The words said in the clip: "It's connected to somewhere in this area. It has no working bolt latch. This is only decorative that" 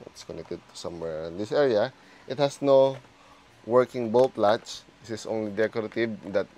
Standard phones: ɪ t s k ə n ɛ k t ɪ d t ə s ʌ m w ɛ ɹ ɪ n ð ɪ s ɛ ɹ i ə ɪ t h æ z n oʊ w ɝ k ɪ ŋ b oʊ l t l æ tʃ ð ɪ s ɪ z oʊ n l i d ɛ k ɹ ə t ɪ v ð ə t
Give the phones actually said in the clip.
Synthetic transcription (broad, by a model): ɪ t s k ə n ɛ k t ɪ d t ə s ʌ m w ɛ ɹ ɪ n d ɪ s ɛ ɹ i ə ɪ t h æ s n oʊ w ɝ k ɪ ŋ b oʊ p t l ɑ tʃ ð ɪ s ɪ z oʊ n l i d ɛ k ɹ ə t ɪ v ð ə t